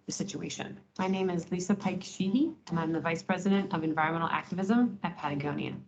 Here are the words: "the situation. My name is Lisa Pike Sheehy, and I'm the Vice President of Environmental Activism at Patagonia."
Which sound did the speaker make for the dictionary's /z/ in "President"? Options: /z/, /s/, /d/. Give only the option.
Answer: /z/